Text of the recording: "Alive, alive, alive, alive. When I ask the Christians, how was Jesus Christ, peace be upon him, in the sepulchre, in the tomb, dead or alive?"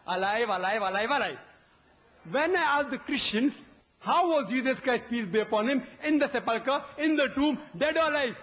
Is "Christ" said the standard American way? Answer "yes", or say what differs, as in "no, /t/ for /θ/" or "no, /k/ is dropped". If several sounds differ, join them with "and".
yes